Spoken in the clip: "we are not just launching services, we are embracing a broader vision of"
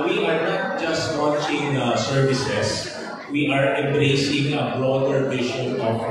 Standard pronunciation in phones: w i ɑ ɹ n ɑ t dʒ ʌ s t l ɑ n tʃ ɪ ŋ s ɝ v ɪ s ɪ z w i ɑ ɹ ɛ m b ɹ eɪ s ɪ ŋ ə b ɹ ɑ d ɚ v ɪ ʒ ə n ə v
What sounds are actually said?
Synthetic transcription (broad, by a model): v i ɑ ɹ n ɑ t dʒ ʌ s t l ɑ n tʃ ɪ ŋ s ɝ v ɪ s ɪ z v i ɑ ɹ ɛ m b ɹ eɪ s ɪ ŋ ə b ɹ ɑ d ɚ p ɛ ʃ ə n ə